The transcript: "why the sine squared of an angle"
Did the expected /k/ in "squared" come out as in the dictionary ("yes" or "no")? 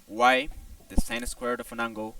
yes